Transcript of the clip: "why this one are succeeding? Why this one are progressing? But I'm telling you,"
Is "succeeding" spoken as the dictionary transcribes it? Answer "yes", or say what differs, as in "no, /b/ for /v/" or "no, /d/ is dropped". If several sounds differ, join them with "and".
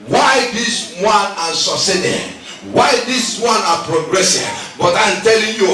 no, /k/ is dropped